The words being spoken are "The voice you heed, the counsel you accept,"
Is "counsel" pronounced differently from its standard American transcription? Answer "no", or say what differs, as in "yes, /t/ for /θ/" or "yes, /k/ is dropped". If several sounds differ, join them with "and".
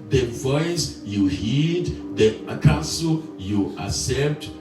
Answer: yes, /n/ is dropped